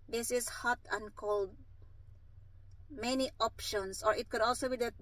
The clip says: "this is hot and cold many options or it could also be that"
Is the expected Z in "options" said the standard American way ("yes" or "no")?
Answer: no